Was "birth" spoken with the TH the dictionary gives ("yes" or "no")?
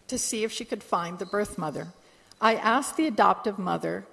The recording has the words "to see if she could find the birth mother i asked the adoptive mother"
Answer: yes